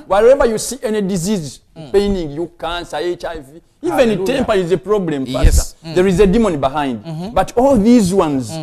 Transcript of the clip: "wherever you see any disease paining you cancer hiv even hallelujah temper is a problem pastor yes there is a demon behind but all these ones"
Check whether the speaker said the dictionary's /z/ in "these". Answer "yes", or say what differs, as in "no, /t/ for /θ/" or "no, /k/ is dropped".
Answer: yes